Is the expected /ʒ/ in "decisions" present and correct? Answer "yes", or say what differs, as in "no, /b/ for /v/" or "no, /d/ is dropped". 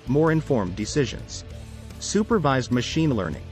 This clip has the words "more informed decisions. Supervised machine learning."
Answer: yes